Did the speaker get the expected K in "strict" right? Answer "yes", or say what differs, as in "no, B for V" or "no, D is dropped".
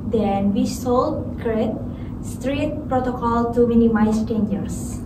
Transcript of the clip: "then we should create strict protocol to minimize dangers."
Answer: no, K is dropped